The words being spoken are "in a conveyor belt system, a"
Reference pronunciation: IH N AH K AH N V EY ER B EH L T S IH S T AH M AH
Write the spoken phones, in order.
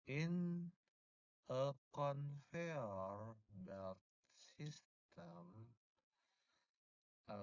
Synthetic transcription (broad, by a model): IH N AH K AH N F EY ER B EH T S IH S T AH M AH